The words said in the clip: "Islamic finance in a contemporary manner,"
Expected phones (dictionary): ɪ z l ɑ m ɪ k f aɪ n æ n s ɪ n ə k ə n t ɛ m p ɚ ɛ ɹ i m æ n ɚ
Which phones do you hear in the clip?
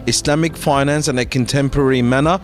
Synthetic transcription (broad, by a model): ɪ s l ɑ m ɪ k f aɪ n æ n s ɪ n ə k ə n t ɛ m p ɚ ɛ ɹ i m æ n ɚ